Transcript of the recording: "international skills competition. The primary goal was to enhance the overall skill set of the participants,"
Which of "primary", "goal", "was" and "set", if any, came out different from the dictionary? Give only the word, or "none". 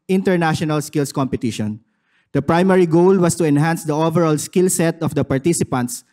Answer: was